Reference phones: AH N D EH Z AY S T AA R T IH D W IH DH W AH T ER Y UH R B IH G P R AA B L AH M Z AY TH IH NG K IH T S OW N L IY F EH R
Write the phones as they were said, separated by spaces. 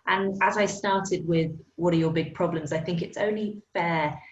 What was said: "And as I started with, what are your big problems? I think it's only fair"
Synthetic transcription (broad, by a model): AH N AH Z AY S T AA T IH D W IH DH W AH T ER Y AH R B IH G P R AA B L AH M Z AY TH IH NG K IH T S OW N L IY F EH